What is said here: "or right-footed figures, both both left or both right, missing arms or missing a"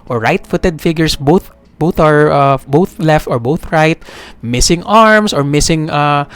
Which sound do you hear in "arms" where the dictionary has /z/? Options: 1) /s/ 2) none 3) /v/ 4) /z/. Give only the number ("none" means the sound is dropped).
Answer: 1